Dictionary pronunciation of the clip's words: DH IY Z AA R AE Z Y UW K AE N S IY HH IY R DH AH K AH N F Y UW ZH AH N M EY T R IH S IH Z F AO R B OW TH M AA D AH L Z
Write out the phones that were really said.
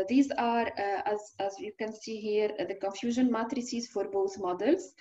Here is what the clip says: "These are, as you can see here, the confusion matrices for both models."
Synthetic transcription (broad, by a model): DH IY Z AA R AE Z Y UW K AE N S IY HH IY R DH AH K AH N F Y UW ZH AH N M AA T R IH S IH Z F AO R B OW TH M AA D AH L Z